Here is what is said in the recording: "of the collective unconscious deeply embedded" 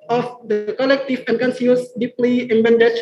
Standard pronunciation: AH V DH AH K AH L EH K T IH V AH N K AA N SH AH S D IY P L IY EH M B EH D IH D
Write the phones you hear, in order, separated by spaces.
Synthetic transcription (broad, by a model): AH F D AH K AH L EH K T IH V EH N K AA N S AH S D IY P L IY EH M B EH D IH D